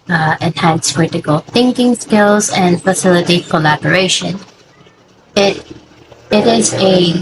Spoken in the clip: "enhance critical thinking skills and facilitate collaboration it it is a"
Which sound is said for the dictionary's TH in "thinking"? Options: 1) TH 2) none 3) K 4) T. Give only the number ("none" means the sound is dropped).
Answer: 1